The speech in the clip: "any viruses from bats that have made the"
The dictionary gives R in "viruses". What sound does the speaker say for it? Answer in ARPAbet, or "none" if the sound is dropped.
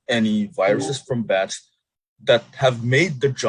R